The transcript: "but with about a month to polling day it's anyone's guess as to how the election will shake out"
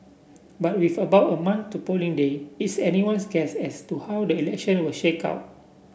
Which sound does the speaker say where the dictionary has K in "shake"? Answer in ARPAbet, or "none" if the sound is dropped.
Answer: K